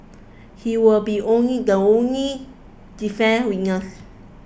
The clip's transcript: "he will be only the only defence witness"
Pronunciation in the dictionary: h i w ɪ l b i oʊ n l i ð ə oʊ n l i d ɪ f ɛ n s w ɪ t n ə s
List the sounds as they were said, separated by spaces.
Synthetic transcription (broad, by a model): h i w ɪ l b i oʊ n l i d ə oʊ n l i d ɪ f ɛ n w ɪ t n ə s